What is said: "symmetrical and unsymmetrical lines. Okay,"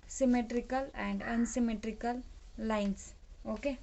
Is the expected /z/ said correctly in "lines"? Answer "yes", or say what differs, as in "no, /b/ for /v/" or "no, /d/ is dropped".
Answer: no, /s/ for /z/